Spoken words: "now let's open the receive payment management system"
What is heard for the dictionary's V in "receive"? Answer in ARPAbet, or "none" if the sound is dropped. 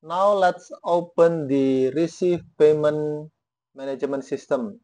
F